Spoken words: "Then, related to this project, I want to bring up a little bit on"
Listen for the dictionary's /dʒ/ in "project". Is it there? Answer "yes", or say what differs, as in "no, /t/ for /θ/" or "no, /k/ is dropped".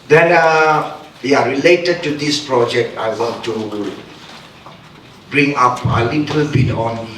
yes